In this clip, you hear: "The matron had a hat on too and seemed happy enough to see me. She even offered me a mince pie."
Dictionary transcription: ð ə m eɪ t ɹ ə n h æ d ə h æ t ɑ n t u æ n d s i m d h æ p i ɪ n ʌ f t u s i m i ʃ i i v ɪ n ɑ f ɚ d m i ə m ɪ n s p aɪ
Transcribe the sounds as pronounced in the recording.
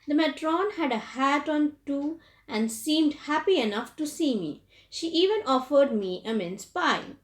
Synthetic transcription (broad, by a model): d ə m eɪ t ɹ ə n h æ d ə h æ t ɑ n t u æ n d s i m d h æ p i ɪ n ʌ f t u s i m i ʃ i i v ɪ n ɑ f ɚ d m i ə m ɪ n s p aɪ